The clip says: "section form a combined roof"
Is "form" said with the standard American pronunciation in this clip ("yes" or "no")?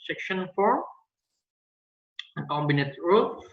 no